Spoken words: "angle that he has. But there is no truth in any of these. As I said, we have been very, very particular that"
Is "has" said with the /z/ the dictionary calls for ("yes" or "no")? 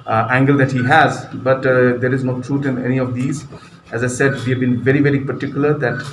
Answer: yes